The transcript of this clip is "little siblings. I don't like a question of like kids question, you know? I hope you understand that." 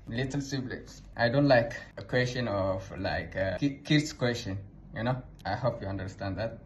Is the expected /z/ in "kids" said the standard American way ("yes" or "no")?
no